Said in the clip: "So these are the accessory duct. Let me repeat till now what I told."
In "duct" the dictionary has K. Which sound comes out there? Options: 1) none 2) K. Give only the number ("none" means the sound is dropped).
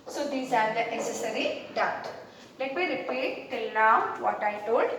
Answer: 1